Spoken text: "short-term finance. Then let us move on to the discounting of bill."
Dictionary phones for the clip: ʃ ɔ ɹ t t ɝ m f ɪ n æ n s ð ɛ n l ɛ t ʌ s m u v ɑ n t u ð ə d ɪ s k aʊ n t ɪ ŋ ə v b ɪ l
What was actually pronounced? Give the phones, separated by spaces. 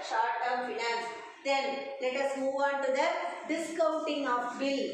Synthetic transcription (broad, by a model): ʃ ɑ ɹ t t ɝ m f ɪ n æ n s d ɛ n l ɛ t ʌ s m u v ɑ n t u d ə d ɪ s k aʊ n t ɪ ŋ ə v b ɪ l